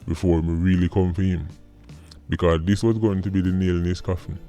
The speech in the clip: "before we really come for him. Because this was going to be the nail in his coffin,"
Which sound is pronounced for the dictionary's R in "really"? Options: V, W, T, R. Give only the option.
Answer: R